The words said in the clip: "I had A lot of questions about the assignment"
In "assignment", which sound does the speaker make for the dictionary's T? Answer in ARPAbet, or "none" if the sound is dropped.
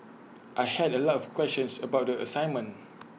none